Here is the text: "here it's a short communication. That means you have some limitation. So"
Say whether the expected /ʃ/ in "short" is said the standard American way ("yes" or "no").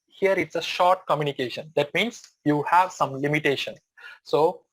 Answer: yes